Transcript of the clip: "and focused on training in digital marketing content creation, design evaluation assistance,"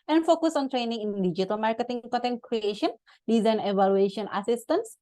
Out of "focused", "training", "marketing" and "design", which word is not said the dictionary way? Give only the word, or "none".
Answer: focused